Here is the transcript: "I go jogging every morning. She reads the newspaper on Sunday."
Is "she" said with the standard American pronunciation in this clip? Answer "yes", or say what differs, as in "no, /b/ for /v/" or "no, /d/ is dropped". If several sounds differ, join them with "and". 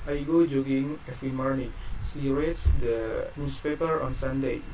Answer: no, /s/ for /ʃ/